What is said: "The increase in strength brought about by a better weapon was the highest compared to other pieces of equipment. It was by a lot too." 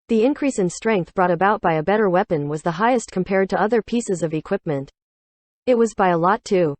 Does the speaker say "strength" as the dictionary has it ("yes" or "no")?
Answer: yes